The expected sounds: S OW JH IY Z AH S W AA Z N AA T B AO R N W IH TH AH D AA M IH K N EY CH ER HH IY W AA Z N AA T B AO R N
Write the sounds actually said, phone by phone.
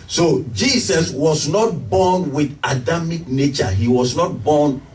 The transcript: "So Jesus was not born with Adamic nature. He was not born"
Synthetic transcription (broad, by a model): S OW JH IY S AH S W AA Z N AA T B AO N W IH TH AH D AA M IH K N EY CH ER HH IY W AA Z N AA T B AO N